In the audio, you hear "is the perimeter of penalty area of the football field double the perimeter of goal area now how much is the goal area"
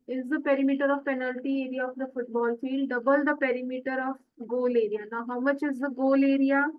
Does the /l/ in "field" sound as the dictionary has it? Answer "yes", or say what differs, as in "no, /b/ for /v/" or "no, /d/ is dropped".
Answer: no, /l/ is dropped